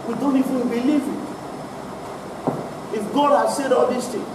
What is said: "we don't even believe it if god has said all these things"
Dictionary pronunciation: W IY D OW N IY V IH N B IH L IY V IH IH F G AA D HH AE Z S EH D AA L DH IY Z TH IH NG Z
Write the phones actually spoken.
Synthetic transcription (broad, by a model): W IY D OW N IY F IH B IH L IY V IH IH F G AA D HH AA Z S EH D AA L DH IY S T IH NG